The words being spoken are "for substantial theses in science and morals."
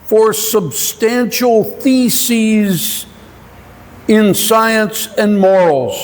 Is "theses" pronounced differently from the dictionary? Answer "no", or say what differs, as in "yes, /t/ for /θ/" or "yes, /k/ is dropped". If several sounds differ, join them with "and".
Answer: no